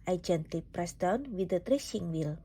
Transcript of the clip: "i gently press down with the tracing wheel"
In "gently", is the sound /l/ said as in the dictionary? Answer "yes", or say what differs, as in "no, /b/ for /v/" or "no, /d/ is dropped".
no, /l/ is dropped